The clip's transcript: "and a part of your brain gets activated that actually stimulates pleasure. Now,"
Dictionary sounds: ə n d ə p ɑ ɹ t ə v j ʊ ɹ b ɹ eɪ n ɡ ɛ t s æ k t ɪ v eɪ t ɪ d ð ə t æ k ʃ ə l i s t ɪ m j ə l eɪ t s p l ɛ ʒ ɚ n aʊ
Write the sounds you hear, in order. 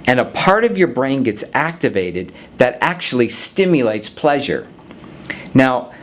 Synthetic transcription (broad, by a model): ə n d ə p ɑ ɹ t ə v j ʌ ɹ b ɹ eɪ n ɡ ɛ t s æ k t ɪ v eɪ t ɪ d ð ə t æ k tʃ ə l i s t ɪ m j ə l eɪ t s p l ɛ ʒ ɚ n aʊ